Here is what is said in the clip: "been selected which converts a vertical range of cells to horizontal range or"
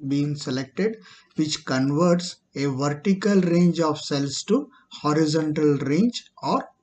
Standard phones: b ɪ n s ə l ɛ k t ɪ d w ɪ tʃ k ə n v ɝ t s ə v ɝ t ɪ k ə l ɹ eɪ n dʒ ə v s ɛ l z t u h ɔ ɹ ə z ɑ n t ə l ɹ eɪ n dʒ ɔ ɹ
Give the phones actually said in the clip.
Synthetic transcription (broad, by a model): b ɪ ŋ s ə l ɛ k t ɪ d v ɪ tʃ k ə n v ɝ t s ə v ɝ t ɪ k ə l ɹ eɪ n dʒ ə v s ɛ l s t u h ɔ ɹ ə z ɑ n t ə l ɹ eɪ n dʒ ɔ ɹ